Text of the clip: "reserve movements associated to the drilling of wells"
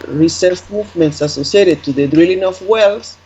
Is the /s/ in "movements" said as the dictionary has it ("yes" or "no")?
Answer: yes